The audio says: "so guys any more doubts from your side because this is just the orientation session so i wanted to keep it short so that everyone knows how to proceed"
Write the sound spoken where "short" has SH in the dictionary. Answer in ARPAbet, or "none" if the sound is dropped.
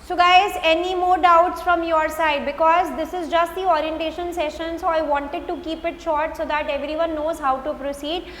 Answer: SH